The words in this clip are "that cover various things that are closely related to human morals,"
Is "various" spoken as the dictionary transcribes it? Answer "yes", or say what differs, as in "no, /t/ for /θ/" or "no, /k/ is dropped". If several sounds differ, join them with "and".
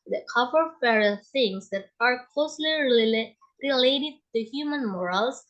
no, /f/ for /v/